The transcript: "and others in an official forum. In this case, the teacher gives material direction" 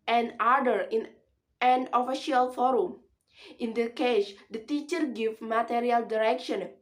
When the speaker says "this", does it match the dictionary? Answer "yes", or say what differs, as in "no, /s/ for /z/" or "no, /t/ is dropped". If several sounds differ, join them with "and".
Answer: no, /s/ is dropped